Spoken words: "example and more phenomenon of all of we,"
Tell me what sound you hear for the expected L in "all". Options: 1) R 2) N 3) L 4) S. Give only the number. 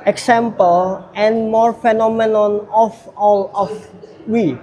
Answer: 3